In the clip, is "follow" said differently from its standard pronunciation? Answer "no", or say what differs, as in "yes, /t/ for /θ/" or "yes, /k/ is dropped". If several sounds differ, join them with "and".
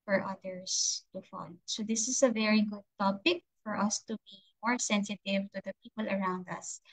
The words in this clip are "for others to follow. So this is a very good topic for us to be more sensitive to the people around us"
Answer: yes, /n/ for /l/